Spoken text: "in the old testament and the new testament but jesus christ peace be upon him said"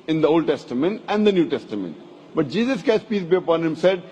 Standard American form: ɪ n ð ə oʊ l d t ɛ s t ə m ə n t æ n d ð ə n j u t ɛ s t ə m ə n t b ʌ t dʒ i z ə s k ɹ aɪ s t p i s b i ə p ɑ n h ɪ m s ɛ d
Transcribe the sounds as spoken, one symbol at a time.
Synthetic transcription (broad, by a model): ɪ n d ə oʊ l d t ɛ s t ə m ə n t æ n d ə n j u t ɛ s t ə m ə n t b ʌ t dʒ i z ə s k aɪ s p i s b i ə p ɑ n h ɪ m s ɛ d